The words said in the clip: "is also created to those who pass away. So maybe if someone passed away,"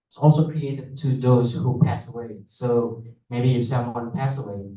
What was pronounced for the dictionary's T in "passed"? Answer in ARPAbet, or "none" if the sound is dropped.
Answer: none